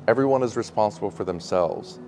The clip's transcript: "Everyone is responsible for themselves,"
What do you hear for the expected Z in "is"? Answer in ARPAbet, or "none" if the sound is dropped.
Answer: Z